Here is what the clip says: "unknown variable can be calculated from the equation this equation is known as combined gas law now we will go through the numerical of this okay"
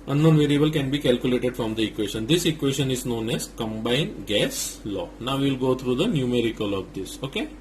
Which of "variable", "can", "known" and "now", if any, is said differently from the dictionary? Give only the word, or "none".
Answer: none